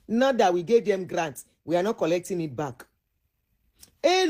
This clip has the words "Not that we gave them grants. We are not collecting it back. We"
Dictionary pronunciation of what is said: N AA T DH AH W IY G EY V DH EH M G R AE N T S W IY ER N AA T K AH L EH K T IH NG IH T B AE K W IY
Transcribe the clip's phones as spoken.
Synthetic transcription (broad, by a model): N AA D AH W IY G EY V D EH M G R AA N T W IY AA N AA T K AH L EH K T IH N IH T B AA K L